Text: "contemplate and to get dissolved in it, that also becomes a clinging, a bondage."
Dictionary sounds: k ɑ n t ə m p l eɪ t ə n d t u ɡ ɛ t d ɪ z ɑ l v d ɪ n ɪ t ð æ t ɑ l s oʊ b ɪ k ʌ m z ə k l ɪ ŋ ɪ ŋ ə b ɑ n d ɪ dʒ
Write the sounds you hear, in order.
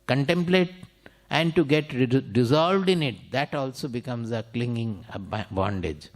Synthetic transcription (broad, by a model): k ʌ n t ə m p l eɪ t ə n d t u ɡ ɛ t d ɪ z ɑ l v d ɪ n ɪ t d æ t ɑ l s oʊ b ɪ k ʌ m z ə k l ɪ ŋ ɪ ŋ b b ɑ n d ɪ dʒ